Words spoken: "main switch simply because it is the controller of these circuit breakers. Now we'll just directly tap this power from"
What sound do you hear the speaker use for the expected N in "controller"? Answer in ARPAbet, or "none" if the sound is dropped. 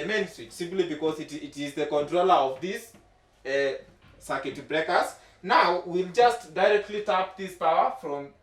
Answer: N